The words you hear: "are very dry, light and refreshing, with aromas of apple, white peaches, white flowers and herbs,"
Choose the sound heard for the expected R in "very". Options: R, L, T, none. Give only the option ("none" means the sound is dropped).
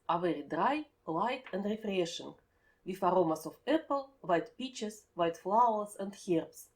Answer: R